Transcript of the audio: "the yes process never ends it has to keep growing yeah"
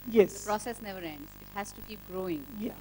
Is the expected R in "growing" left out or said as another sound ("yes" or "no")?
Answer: no